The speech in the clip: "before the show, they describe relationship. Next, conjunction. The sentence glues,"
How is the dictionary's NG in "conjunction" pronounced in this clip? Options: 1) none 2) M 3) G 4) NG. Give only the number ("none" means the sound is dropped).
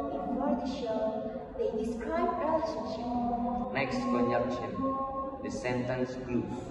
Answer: 1